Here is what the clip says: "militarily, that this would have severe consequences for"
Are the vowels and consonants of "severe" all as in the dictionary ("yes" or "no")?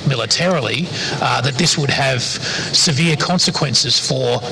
yes